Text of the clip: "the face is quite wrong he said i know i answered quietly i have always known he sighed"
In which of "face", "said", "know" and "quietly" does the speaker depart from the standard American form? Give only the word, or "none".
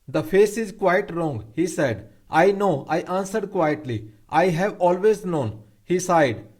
none